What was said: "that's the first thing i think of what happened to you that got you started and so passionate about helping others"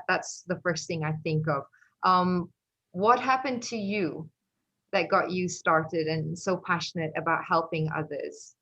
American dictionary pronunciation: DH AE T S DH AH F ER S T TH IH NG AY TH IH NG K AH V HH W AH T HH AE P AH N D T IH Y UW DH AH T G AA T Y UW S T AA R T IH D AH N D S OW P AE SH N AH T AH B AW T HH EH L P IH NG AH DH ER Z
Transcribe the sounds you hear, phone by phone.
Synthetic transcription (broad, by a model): DH AE T S DH AH F ER S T TH IH NG AY TH IH NG K AH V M W AH T HH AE P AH N T IH Y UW DH AH T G AA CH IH S T AA R T IH D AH N S OW P AE SH N AH T AH B AW T HH EH L P IH NG AH DH ER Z